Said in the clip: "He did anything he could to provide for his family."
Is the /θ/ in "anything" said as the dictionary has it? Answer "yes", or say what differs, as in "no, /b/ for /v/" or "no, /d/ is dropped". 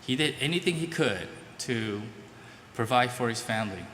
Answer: yes